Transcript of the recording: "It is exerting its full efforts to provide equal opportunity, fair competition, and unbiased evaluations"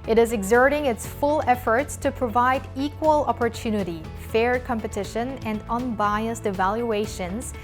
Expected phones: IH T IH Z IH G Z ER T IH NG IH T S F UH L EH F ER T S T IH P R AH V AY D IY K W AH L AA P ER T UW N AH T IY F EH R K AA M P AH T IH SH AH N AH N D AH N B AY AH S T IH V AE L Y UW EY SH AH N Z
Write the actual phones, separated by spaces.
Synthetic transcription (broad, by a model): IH T IH Z IH G Z ER T IH NG IH T S F UH L EH F ER T S T IH P R AH V AY D IY K W AH L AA P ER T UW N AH T IY F EH R K AA M P AH T IH SH AH N AH N D AH N B AY AH S T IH V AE L Y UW EY SH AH N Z